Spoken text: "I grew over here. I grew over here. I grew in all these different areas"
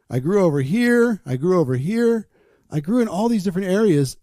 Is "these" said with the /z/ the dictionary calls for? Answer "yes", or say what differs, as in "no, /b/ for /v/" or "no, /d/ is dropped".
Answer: yes